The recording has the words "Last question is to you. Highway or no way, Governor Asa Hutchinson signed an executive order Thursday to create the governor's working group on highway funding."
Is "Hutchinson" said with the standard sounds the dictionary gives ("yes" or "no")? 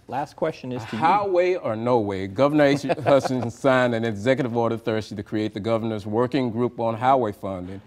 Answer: no